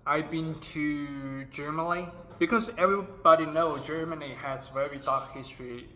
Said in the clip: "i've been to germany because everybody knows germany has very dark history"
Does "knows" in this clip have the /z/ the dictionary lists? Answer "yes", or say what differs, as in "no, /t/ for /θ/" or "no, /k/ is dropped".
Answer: no, /z/ is dropped